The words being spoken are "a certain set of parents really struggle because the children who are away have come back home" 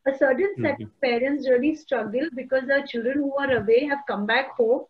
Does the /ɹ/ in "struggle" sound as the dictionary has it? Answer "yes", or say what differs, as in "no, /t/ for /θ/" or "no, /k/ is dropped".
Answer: yes